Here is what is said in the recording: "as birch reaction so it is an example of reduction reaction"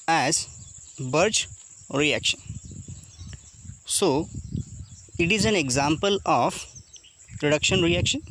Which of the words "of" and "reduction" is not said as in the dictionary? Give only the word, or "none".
of